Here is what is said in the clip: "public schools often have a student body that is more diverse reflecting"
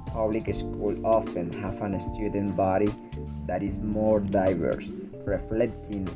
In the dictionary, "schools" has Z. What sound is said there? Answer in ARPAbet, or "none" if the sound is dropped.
none